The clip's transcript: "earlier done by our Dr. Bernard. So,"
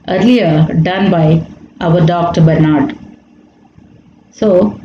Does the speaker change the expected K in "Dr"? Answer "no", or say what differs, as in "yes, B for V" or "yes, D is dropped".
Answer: no